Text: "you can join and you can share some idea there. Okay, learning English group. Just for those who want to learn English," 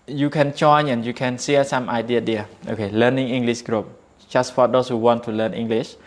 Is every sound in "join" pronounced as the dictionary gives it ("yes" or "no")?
no